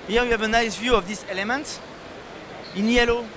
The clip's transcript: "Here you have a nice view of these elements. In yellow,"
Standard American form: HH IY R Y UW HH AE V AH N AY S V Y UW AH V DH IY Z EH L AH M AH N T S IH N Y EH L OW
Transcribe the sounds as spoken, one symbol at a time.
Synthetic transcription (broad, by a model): HH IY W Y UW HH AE V AH N AY S V Y UW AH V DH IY S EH L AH M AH N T IH N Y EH L OW